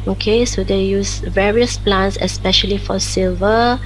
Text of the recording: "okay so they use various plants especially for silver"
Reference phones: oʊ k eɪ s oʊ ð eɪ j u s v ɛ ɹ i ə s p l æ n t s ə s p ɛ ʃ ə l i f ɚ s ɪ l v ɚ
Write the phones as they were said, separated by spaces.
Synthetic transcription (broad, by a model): oʊ k eɪ s oʊ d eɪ j u s v ɛ ɹ i ə s p l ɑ n t s ə s p ɛ ʃ ə l i f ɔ s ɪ l v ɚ